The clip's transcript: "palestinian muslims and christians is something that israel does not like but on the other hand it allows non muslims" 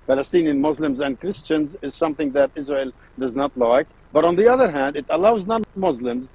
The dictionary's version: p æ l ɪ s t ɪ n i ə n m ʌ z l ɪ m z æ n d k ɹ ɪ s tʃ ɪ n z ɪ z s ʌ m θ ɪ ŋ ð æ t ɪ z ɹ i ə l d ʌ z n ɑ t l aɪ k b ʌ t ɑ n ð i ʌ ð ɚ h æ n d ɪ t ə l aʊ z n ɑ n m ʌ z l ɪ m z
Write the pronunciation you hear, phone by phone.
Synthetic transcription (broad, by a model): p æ l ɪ s t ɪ n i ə n m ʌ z l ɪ m z æ n d k ɹ ɪ s tʃ ɪ n z ɪ z s ʌ m θ ɪ ŋ ð æ t ɪ z ɹ i ə l d ʌ z n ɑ t l aɪ k b ʌ t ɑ n ð i ʌ ð ɚ h æ n d ɪ t ə l aʊ z n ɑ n m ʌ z l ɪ m z